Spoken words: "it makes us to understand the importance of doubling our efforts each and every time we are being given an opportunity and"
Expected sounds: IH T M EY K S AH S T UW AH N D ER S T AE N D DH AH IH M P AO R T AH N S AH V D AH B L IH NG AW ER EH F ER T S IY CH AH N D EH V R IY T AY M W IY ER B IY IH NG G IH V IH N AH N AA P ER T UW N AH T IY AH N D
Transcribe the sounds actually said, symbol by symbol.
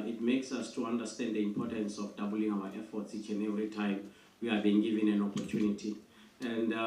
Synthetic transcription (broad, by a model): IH T M EY K S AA S T UW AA N D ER S T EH N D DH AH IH M P AO T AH N S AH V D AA B L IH NG AW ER EH F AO T S IY CH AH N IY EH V IY T AY M W IY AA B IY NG G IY V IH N AH N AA P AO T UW N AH T IY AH N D